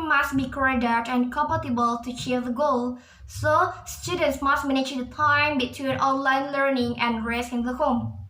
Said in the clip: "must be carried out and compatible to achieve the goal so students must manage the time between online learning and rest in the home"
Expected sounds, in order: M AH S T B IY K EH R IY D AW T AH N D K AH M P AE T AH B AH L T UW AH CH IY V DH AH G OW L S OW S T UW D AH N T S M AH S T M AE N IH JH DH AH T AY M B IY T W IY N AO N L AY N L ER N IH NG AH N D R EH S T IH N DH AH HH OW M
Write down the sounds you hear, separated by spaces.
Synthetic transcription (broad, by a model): M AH S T B IY K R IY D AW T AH N K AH M P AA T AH B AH L T UW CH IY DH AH G OW L S OW S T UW D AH N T S M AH S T M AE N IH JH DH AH T AY M B IY T W IY N AO N L AY N L ER N IH NG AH N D R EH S IH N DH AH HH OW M